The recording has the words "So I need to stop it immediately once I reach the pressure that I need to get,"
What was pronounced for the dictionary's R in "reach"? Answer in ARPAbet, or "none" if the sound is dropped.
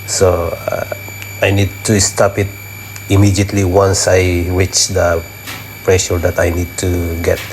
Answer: W